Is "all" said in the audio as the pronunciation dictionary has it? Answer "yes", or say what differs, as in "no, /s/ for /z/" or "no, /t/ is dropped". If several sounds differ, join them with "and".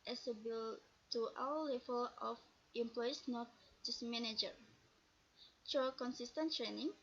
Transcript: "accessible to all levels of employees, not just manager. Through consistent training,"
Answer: no, /w/ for /l/